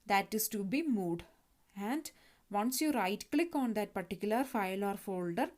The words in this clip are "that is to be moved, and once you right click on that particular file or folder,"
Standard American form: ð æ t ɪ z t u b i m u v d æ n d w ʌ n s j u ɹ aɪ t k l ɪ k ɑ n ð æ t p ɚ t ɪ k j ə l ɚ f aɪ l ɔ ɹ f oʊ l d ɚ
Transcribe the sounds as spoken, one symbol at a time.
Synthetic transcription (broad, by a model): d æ t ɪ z t u b i m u d æ n d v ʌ n s j u ɹ aɪ t k l ɪ k ɑ n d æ t p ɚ t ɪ k j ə l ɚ f aɪ l ɔ ɹ f oʊ l d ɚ